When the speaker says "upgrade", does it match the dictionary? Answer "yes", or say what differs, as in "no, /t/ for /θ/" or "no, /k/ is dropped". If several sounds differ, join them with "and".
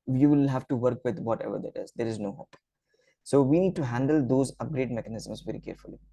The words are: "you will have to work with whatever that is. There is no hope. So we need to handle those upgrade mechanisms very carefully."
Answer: yes